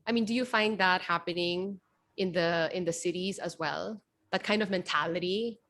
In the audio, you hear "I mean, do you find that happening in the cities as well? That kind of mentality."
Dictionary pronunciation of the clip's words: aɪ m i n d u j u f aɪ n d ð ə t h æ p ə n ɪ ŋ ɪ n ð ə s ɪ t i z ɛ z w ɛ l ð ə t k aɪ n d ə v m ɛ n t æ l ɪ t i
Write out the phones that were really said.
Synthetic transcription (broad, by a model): aɪ m i n d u j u f aɪ n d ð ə t h æ p ə n ɪ ŋ ɪ n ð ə s ɪ t i z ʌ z w ɛ l ð ə t k aɪ n d ə v m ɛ n t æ l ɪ t i